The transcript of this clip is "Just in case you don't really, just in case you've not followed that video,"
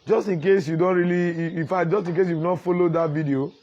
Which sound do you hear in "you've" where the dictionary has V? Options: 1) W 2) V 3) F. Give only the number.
1